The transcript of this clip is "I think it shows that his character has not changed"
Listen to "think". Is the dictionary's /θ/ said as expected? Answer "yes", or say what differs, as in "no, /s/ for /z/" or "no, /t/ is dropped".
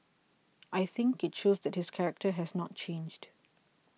yes